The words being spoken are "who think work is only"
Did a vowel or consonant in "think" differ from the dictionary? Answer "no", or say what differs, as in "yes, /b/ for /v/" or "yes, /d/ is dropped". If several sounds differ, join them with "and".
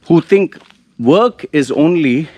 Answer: yes, /t/ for /θ/